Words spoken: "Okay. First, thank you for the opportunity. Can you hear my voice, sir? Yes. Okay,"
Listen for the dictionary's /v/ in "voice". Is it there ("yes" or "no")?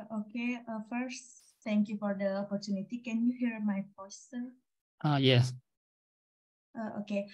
no